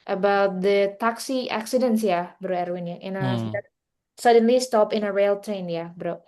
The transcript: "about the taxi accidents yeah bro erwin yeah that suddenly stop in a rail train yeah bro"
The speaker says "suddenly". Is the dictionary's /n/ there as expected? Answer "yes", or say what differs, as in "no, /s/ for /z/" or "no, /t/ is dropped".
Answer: yes